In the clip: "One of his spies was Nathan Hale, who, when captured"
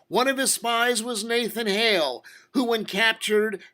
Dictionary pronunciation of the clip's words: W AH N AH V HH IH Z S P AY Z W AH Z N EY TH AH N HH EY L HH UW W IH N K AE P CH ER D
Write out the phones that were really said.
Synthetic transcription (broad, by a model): W AH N AH V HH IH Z S P AY Z W AH Z N EY TH AH N HH EY L HH UW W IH N K AE P CH ER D